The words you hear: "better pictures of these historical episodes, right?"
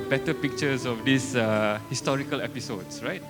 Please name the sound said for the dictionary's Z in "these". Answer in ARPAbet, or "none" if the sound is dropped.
S